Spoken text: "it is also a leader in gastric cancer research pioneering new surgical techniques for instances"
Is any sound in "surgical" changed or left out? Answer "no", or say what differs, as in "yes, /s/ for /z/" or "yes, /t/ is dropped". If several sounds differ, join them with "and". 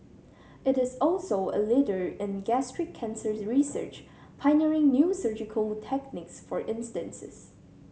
no